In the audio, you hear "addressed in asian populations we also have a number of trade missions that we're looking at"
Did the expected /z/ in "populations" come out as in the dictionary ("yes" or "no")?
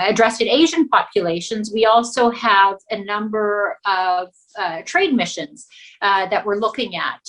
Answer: yes